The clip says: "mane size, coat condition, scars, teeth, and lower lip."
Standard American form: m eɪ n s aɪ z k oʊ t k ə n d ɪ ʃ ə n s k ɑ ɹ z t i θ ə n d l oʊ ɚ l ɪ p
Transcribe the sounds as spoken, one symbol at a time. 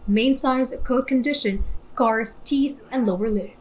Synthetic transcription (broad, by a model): m eɪ n s aɪ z k oʊ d k ə n d ɪ ʃ ə n s k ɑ ɹ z t i θ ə n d l oʊ ɚ l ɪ